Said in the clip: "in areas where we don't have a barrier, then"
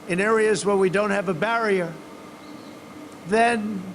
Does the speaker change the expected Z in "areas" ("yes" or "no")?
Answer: no